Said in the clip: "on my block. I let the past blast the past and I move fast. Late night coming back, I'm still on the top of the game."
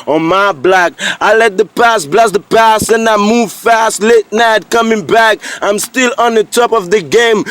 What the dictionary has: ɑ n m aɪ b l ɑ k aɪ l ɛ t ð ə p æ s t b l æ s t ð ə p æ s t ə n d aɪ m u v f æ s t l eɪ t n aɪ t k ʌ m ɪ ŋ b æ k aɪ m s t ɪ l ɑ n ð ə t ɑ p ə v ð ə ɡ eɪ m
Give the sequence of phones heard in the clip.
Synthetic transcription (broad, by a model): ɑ m aɪ b l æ k aɪ l ɛ t ð ə p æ s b l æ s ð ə p æ s t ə n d aɪ m u v f æ s t l eɪ t n aɪ t k ʌ m ɪ ŋ b æ k aɪ m s t ɪ l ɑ n ð ə t ɑ p ə v ð ə ɡ eɪ m